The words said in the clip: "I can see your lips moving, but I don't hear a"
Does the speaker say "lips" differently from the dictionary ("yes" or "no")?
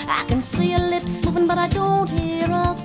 no